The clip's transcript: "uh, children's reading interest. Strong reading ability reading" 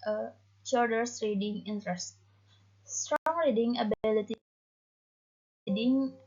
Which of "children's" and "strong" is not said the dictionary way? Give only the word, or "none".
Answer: children's